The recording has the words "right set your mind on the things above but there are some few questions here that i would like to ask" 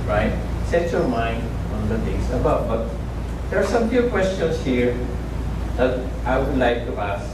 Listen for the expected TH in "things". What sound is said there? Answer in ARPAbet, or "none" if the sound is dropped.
T